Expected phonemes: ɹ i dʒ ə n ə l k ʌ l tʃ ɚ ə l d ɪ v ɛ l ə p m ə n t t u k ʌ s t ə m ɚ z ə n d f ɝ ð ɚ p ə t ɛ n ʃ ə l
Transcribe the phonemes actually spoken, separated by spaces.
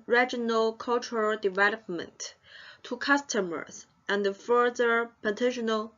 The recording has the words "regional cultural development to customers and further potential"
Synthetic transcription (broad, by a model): ɹ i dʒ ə n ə l k ʌ l tʃ ɚ ə l d ɪ v ɛ l ə p m ə n t t u k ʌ s t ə m ɚ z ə n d f ɝ ð ɚ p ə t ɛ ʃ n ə l